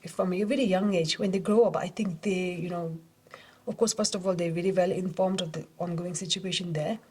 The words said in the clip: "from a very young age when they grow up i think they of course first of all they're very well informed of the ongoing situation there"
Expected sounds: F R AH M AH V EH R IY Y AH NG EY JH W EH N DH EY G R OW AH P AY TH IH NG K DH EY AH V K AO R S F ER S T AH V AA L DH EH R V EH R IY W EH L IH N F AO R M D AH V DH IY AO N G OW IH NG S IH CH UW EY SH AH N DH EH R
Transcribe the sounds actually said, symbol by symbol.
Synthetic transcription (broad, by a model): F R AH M AH V EH R IY Y AH NG EY JH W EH N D EY G R OW AH P AY T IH NG K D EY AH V K AO R S F ER S T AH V AA L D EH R V EH R IY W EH L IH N F AO R M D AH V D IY AO N G OW IH NG S IH CH UW EY SH AH N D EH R